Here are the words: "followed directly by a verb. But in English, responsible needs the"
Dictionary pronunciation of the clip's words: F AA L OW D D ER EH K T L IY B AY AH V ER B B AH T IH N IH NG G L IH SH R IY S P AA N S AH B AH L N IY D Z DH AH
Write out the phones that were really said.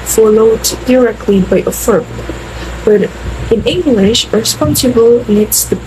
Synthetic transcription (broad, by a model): F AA L OW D D ER EH K T L IY B AY AH F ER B B AH T IH N IH NG G L IH SH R S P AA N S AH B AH L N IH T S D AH